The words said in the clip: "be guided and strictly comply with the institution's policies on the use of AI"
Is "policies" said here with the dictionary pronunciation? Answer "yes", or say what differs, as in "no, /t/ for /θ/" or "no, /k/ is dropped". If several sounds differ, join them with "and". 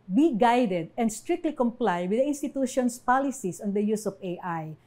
no, /s/ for /z/